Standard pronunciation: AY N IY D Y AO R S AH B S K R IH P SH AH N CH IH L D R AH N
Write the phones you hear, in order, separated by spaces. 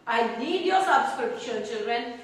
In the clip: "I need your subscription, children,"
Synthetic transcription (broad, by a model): AY L IY D Y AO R S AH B S K R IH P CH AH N CH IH L D R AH N